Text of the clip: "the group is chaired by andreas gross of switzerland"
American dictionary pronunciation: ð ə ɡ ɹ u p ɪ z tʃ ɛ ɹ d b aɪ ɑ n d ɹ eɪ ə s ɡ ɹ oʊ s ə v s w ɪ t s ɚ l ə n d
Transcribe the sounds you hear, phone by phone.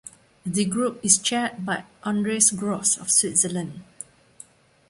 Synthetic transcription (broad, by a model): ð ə ɡ ɹ u p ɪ s tʃ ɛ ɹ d b aɪ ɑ n d ɹ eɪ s ɡ ɹ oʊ s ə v s w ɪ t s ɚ l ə n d